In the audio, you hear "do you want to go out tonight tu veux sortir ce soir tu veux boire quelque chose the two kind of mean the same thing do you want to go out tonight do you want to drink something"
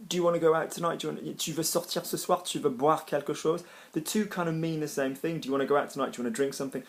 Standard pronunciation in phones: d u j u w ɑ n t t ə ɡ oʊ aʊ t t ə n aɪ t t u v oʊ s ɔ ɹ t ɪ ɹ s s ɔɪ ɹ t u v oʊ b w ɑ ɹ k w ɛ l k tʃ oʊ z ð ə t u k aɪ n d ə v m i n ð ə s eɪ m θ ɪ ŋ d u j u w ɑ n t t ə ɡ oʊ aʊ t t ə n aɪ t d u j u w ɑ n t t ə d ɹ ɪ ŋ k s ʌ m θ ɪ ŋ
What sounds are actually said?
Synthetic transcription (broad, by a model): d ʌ j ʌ w ɑ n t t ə ɡ oʊ aʊ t t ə n aɪ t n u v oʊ s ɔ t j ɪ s s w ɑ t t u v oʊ b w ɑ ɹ k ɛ l k ʃ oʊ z ð ə t u k aɪ n d ə v m i n ð ə s eɪ m θ ɪ ŋ d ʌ j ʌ w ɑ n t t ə ɡ oʊ aʊ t t ə n aɪ t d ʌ w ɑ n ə d ɹ ɪ ŋ k s ʌ m θ ɪ ŋ